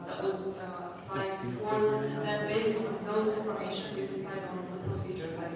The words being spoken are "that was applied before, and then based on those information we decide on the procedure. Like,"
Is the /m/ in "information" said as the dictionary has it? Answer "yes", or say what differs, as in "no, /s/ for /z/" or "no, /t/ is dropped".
no, /m/ is dropped